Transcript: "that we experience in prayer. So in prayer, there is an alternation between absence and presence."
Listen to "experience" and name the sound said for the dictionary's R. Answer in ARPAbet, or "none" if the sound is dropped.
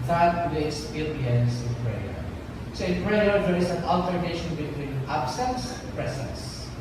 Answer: none